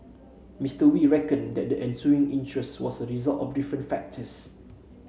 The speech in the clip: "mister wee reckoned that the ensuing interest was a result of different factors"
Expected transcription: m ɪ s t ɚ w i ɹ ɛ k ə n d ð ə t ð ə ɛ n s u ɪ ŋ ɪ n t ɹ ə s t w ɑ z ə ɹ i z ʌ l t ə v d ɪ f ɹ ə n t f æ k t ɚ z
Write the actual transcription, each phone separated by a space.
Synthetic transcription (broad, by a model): m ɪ s t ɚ w i ɹ ɛ k ə n d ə t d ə ɛ n s u ɪ ŋ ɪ n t ɹ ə s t w ɑ s ə ɹ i z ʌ l t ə f d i f ɹ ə n t f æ k t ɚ s